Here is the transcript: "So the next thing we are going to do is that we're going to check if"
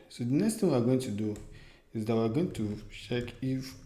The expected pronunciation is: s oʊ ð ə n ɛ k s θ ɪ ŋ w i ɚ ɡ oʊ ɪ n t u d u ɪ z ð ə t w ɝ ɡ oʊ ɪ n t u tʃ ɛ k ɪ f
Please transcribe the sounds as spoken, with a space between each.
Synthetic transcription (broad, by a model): s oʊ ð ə n ɛ k s t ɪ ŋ w i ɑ ɡ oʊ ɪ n t u d u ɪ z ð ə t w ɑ ɡ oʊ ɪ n t u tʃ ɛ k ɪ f